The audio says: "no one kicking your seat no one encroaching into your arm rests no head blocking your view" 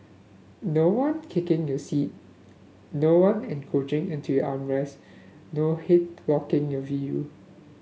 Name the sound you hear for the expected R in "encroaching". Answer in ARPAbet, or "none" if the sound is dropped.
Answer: none